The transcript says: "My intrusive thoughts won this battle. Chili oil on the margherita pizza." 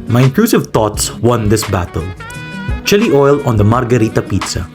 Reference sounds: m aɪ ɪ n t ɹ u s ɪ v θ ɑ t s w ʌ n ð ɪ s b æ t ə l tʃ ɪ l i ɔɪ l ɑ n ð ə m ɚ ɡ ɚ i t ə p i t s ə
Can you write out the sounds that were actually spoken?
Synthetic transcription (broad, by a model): m aɪ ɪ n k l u s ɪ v t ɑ t s w ʌ n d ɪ s b æ t ə l tʃ ɪ l i ɔɪ l ɑ n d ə m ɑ ɡ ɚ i t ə p i t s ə